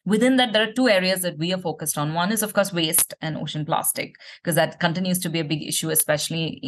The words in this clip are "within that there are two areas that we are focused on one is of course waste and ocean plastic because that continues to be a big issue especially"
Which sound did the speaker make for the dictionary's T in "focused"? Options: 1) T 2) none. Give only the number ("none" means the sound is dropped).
1